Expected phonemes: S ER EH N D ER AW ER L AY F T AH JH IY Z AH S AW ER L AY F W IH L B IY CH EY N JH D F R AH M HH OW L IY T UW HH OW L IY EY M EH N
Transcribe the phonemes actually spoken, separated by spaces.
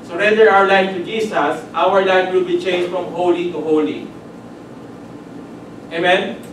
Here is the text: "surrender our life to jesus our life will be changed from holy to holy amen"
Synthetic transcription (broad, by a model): S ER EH N D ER AW ER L AY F T AH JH IY S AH S AW ER L AY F W IH L B IY CH EY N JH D F R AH M HH OW L IY T UW HH OW L IY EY M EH N